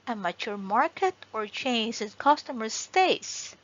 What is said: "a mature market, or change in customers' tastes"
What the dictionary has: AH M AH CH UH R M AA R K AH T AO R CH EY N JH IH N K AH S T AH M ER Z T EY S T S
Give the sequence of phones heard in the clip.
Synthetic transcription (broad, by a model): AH M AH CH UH R M AA R K AH T AO R CH EY N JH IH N K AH S T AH M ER S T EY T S